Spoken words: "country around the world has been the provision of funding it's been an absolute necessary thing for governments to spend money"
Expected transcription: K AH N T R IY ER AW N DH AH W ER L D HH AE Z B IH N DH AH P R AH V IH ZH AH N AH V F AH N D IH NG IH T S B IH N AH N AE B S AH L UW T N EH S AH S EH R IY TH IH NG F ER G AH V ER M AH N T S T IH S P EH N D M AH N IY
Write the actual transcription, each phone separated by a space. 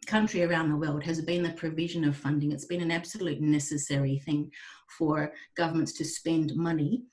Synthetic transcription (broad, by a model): K AH N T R IY ER AW N DH AH W ER L D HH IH Z B IH N DH AH P R AH V IH ZH AH N AH V F AH N D IH NG IH T S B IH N AH N AE B S AH L UW T N EH S AH S EH R IY TH IH NG F ER G AH V ER M AH N T S T IH S P EH N D M AH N IY